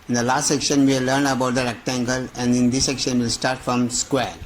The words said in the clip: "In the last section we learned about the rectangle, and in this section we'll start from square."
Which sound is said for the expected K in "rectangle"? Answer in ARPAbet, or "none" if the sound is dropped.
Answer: K